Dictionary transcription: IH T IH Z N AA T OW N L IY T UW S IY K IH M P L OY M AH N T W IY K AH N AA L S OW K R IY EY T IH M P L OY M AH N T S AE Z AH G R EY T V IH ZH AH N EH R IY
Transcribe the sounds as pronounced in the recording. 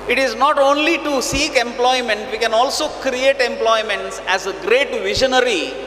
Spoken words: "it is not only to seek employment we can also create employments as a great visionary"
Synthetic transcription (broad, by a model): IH T IH Z N AA T OW N L IY T UW S IY K IH M P L OY M AH N T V IY K AH N AA L S OW K R IY EY T IH M P L OY M AH N T S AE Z AH G R EY T V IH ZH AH N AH R IY